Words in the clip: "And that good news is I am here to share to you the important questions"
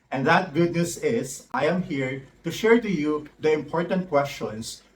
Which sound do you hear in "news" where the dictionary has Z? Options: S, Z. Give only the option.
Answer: S